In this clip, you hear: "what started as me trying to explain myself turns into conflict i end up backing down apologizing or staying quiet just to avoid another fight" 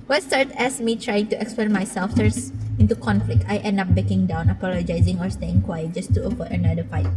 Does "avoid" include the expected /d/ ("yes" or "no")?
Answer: no